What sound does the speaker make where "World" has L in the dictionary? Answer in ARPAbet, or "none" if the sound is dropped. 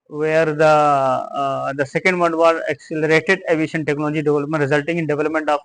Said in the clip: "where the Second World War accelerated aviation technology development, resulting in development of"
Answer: none